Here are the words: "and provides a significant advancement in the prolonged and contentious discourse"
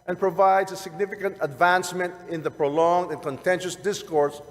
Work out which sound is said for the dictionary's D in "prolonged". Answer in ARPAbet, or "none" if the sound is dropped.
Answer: D